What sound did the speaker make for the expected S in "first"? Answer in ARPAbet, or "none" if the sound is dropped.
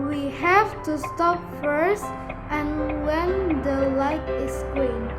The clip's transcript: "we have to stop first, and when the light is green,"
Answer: S